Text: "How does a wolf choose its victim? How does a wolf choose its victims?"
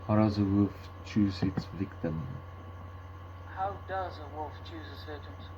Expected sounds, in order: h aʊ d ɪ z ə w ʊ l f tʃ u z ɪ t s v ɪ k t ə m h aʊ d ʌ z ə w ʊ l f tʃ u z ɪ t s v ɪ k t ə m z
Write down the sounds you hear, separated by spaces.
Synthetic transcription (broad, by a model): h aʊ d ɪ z ə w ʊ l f tʃ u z ɪ t s v ɪ k t ə m h aʊ d ʌ z ə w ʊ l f tʃ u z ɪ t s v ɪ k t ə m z